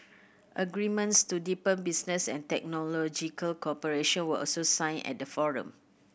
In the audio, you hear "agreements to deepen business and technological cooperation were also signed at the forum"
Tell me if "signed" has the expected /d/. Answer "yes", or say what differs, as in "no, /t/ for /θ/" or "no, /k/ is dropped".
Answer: no, /d/ is dropped